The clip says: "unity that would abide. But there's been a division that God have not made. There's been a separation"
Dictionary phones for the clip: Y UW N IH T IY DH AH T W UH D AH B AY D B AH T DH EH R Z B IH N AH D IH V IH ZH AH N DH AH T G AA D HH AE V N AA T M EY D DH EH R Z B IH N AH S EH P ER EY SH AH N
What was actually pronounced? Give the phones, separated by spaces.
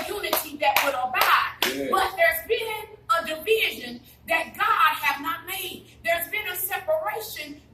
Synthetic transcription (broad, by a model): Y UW N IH T IY DH AH T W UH D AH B AY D B AH T DH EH R Z B IH N AH D IH V IH ZH AH N DH AH T G AA D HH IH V N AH T M EY D DH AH R Z B IH N AH S EH P ER EY SH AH N